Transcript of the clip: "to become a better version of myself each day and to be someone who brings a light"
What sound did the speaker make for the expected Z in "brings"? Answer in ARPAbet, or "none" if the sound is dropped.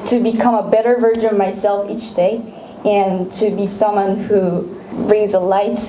Z